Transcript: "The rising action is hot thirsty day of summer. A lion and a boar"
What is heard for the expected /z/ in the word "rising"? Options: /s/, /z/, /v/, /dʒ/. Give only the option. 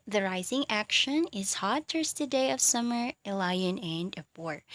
/z/